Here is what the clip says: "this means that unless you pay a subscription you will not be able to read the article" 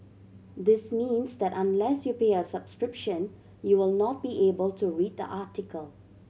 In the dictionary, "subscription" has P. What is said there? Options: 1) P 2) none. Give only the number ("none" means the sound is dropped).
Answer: 1